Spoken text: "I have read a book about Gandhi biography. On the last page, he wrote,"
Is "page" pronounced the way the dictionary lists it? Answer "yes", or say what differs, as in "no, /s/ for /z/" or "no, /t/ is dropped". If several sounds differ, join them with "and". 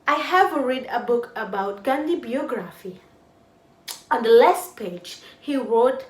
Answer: yes